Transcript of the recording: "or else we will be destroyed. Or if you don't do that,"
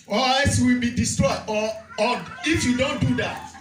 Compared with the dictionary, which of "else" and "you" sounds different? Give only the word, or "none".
else